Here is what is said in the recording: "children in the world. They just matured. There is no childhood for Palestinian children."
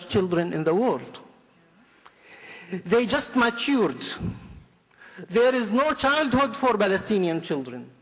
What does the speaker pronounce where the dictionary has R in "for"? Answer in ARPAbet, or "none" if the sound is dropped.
R